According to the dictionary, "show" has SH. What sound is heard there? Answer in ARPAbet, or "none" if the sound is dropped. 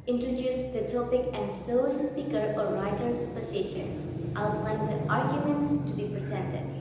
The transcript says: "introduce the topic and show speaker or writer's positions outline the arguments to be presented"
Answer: S